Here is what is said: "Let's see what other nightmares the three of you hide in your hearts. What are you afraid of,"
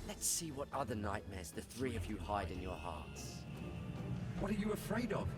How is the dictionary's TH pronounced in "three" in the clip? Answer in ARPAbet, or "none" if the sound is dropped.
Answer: TH